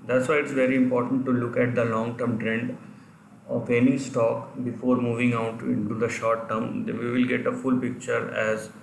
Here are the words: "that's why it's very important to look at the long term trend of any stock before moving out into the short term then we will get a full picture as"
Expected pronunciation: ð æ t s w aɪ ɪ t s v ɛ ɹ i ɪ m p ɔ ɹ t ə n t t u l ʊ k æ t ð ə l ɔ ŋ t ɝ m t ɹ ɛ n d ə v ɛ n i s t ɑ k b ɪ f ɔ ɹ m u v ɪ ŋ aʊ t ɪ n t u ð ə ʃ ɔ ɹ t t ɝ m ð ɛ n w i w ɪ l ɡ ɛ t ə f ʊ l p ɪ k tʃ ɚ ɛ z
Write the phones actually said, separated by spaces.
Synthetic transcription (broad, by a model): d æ t s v aɪ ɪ t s v ɛ ɹ i ɪ m p ɔ ɹ t ə n t t u l ʊ k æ t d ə l ɔ ŋ t ɝ m t ɹ ɛ n d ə p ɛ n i s t ɑ k b ɪ f ɔ ɹ m u v ɪ ŋ aʊ t ɪ n t u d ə ʃ ɔ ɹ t t ɝ m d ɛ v i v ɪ l ɡ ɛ t ə f ʊ l p ɪ k tʃ ɚ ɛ z